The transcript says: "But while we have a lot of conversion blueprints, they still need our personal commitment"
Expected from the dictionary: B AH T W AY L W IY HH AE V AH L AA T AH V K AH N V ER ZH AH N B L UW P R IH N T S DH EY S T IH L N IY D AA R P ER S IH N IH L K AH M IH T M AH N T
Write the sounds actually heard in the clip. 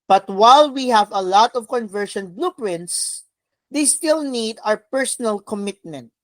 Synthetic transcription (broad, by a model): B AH T W AY L W IY HH AE V AH L AA T AH V K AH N V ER SH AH N B L UW P R IH N T S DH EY S T IH L N IY D AA R P ER S IH N IH L K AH M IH T M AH N T